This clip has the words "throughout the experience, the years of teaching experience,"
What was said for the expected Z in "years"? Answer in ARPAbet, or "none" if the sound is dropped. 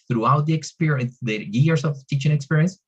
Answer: S